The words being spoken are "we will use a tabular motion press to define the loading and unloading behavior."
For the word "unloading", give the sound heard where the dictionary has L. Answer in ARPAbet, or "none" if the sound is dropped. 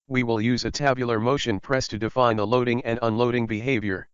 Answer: L